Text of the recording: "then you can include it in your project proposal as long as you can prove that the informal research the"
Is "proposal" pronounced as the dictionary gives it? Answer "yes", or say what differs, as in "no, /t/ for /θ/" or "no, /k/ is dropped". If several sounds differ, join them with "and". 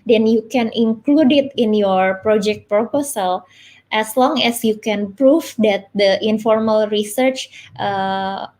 no, /s/ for /z/